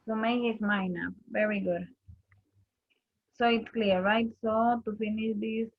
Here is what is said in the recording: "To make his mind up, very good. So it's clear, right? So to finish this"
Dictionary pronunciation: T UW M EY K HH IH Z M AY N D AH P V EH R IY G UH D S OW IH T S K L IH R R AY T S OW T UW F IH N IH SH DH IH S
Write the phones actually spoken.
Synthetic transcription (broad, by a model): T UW M EY K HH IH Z M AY N AH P V EH R IY G UH D S OW IH T S K L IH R R AY T S OW T UW F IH N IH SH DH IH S